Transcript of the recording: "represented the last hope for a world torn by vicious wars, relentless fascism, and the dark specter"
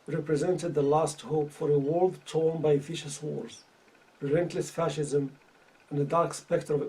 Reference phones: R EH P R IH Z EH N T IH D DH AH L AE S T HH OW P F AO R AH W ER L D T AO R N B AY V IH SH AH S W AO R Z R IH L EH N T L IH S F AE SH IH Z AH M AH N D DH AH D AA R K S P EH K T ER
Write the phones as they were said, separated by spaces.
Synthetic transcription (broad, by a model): R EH P R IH Z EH N T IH D DH AH L AE S T HH OW P F AO R AH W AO L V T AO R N B AY F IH SH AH S W AO R Z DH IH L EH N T L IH S F AE SH IH Z AH M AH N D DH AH D AA R K S P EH K T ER